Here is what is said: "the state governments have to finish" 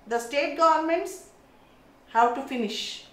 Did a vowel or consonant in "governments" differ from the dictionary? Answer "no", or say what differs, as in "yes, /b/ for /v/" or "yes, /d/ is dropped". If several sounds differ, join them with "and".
no